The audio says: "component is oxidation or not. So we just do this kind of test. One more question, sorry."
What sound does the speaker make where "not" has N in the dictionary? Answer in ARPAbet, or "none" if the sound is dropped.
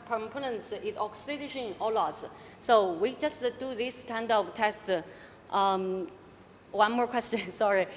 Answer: L